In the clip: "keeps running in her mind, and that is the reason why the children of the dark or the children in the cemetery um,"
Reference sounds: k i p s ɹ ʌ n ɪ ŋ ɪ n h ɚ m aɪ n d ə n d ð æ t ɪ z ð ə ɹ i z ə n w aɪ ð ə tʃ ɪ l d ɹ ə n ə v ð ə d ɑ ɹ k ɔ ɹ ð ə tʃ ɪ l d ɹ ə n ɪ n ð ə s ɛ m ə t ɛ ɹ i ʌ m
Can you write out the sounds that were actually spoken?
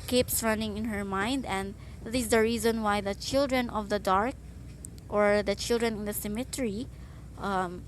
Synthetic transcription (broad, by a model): k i p s ɹ ʌ n ɪ ŋ ɪ n h ɚ m aɪ n d ə n d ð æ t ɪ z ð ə ɹ i z ə n w aɪ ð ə tʃ ɪ l d ɹ ə n ə v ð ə d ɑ ɹ k ɔ ɹ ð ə tʃ ɪ l d ɹ ə n ɪ n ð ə s ɛ m ə t ɛ ɹ i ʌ m